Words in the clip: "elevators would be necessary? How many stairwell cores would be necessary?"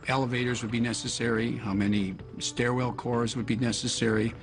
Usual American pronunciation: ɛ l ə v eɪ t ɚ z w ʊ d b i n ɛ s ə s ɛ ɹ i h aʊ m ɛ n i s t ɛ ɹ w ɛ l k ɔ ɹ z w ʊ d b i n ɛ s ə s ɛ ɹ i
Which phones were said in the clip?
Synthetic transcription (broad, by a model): ɛ l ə v eɪ t ɚ z w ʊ d b i n ɛ s ə s ɛ ɹ i h aʊ m ɛ n i s t ɛ ɹ w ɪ l k ɔ ɹ z w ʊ d b i n ɛ s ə s ɛ ɹ i